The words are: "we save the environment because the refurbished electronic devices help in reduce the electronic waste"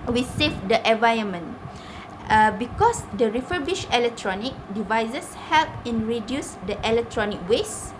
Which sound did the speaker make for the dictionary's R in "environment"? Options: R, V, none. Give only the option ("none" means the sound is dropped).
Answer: none